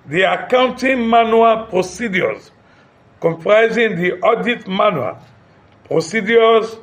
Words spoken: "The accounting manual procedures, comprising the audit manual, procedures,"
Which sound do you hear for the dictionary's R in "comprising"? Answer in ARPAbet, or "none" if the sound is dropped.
R